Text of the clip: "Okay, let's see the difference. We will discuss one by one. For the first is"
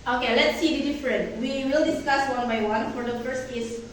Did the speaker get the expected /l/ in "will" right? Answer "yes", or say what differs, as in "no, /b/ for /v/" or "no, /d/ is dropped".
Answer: yes